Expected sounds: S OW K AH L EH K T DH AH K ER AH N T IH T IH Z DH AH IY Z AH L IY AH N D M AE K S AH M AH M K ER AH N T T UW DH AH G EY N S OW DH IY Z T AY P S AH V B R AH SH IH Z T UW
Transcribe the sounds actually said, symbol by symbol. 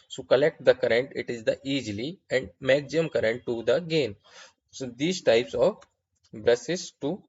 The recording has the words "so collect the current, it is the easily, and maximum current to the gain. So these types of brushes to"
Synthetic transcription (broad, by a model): S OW K AH L EH K T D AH K ER AH N T IH T IH Z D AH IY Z L IY AH N D M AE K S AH AH M K ER AH N T T UW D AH G EY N S OW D IY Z T AY P S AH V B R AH S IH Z T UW